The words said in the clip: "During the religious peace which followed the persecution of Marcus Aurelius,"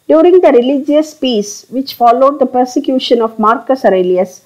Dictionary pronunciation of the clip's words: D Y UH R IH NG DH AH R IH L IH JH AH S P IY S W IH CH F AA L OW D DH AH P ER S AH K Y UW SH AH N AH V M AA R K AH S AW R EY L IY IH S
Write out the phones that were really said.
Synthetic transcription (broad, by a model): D Y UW R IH NG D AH R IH L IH JH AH S P IY S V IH CH F AA L OW D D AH P ER S AH K Y UW SH AH N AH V M AA R K AH S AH R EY L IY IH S